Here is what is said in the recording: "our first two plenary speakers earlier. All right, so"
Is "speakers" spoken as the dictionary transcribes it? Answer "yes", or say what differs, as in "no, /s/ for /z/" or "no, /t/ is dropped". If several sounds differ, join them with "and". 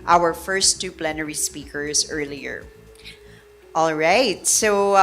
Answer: yes